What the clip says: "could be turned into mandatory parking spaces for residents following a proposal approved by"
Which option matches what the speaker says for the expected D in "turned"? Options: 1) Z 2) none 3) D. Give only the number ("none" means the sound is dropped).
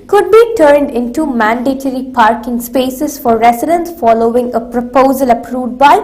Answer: 3